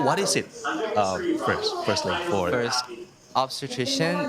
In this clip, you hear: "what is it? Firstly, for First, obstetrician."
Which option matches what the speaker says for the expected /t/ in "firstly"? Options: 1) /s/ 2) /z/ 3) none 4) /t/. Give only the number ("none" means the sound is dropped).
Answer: 1